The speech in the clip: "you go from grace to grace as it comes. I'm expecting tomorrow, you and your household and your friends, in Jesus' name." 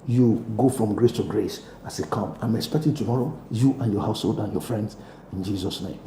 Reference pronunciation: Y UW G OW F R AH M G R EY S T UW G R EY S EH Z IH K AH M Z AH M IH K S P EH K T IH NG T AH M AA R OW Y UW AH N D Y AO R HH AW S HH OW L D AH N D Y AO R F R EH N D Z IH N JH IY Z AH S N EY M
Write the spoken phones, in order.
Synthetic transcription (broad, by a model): Y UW G OW F R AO M G R EY S T UW G R EY S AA S IH K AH M AH M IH K S P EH K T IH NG T AH M AA R OW Y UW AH N Y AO HH AW S HH OW L D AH N Y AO F R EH N D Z IH N JH IY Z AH S N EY M